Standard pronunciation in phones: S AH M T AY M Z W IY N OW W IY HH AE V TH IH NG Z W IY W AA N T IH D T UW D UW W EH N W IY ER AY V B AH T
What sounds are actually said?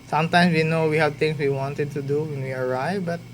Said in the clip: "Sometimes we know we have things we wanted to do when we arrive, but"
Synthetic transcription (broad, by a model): S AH M T AY M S W IY N OW W IY HH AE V T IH NG S W IY W AA N T IH D T UW D UW W EH N W IY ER AY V B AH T